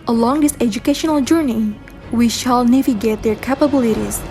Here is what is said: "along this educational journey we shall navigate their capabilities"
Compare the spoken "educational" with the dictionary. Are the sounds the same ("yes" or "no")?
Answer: yes